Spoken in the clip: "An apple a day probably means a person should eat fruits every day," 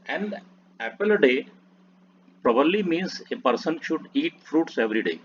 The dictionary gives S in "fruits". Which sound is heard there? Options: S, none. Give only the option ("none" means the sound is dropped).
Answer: S